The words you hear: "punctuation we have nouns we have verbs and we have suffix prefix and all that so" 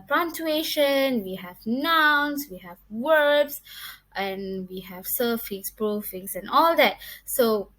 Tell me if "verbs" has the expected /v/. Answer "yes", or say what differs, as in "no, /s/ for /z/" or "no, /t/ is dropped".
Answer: no, /w/ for /v/